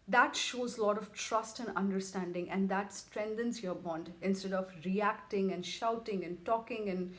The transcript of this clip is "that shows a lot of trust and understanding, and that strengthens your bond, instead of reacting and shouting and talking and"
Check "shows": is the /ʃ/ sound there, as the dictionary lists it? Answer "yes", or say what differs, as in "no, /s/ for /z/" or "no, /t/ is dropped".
yes